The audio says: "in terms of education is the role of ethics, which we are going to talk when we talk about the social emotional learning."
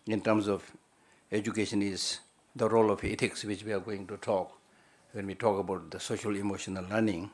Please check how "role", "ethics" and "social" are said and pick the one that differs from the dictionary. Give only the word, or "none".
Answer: ethics